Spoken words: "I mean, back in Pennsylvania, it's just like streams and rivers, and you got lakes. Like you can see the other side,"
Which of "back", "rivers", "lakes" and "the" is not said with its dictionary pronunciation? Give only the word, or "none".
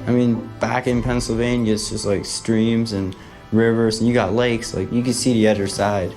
none